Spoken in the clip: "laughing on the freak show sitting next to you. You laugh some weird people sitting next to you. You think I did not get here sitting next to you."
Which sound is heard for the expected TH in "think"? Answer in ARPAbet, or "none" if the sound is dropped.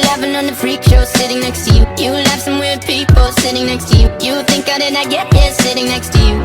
TH